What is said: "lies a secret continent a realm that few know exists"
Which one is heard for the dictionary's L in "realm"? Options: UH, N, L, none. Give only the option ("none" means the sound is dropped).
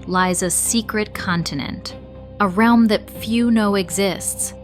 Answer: L